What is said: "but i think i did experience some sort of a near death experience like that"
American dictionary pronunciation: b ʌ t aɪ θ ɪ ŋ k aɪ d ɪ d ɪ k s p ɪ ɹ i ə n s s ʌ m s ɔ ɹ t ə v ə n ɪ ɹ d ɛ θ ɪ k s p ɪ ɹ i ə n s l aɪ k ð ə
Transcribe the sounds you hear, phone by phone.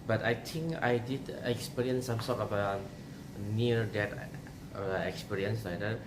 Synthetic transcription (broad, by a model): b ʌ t aɪ t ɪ ŋ k aɪ d ɪ d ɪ k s p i ɹ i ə n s s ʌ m s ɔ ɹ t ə b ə n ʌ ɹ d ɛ t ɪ k s p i ɹ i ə n s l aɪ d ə